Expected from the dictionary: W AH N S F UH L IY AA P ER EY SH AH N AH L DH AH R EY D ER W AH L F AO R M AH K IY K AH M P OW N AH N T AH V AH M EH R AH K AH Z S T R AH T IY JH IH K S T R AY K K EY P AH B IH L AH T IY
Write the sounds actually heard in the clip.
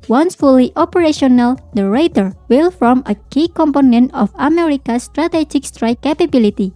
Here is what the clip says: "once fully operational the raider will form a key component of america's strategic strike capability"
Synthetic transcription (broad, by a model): W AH N S F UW L IY AA P ER EY SH AH N AH L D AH R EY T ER W AH L F AO R M AH K IY K AH M P OW N AH N T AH F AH M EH R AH K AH S T R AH T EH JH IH K S T R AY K K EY P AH B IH L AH T IY